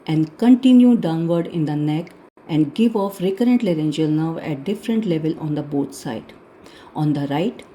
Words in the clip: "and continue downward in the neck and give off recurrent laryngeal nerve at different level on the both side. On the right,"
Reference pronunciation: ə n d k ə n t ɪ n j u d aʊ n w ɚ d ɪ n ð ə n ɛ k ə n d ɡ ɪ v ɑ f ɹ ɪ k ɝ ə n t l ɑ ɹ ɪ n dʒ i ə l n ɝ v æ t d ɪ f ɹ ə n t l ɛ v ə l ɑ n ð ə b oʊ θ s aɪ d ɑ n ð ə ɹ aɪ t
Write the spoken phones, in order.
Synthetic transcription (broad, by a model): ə n d k ə n t ɪ n j u d aʊ n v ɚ d ɪ n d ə n ɛ k ə n d ɡ ɪ v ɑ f ɹ ɪ k ɝ ə n t l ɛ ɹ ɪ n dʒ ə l n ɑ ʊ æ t d ɪ f ɹ ə n t l ɛ v ə l ɑ n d ə b oʊ t s aɪ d ɑ n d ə ɹ aɪ t